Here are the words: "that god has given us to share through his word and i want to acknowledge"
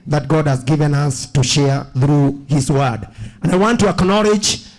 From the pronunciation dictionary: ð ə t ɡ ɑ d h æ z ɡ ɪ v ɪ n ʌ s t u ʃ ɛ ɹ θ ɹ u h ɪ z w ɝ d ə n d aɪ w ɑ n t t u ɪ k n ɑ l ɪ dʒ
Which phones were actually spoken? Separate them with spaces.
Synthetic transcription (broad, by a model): ð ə t ɡ ɑ d h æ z ɡ ɪ v ɪ n ʌ s t u ʃ ɛ ɹ θ ɹ u h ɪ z w ɝ d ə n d aɪ w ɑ n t t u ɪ k n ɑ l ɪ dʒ